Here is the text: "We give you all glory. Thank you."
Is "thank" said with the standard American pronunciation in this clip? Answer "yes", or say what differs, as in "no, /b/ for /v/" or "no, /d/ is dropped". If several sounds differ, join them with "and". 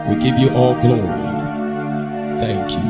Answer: yes